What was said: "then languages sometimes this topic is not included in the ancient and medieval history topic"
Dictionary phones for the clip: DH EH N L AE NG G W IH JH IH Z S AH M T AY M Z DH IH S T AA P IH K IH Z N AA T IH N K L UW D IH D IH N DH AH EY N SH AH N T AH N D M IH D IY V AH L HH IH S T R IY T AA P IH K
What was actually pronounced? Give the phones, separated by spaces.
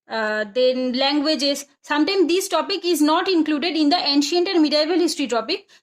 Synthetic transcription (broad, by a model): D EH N L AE NG G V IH JH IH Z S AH M T AY M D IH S T AA P IH K IH Z N AA T IH N K L UW D IH D IH N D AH EY N SH AH N T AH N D M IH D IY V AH L HH IH S T R IY T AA P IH K